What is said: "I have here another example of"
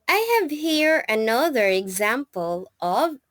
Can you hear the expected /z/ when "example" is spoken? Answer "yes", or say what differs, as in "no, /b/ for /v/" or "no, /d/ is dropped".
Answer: yes